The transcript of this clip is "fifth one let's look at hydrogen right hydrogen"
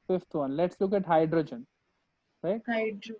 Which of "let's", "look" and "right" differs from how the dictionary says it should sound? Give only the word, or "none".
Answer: none